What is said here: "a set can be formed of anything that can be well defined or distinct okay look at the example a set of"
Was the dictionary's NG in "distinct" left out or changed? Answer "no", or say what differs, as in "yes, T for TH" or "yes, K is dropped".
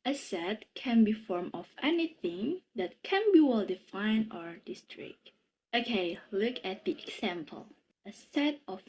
yes, NG is dropped